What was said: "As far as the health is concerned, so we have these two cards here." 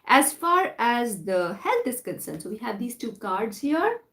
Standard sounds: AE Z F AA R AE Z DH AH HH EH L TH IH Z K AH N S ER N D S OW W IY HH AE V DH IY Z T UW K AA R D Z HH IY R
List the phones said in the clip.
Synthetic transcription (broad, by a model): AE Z F AA R AE Z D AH HH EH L T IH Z K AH N S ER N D S OW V IY HH AE V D IY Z T UW K AA R D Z HH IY R